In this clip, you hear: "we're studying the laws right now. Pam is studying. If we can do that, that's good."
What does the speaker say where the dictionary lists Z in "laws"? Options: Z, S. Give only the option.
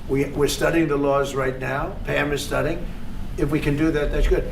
Z